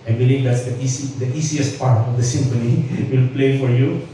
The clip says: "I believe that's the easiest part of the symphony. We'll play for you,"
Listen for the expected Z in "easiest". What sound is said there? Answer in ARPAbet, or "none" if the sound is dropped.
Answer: S